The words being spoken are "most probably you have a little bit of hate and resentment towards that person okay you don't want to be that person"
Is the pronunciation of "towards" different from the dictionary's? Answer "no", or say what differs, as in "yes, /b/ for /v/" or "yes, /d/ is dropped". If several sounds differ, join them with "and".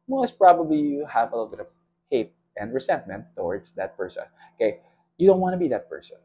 no